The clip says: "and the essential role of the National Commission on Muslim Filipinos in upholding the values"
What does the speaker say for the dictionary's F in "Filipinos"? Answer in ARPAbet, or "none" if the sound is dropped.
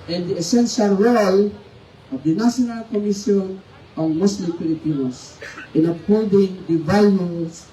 P